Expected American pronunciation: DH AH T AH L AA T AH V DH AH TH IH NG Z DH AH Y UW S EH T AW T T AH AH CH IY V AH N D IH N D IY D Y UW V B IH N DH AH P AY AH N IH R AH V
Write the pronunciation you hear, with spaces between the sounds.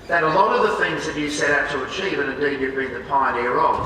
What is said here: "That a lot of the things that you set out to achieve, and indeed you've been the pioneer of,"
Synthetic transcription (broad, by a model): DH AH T AH L AA T AH V DH AH TH IH NG Z DH AH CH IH S EH T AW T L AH AH CH IY V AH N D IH D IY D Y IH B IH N DH AH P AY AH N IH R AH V